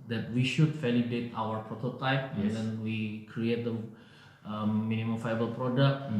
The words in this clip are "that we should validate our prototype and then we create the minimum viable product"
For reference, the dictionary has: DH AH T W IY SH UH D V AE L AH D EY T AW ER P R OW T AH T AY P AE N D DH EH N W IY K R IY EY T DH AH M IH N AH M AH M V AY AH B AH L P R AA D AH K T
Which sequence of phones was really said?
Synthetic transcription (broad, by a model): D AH T W IY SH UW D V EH L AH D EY T AW ER P R OW T AH T AY P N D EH N W IY K R IY EY T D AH M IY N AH M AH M F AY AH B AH L P R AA D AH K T